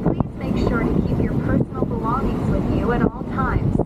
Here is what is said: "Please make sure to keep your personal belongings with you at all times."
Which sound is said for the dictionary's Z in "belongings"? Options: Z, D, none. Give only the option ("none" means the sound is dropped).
Z